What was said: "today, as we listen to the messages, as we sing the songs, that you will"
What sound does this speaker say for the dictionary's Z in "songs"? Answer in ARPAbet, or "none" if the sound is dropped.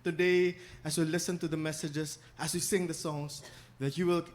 S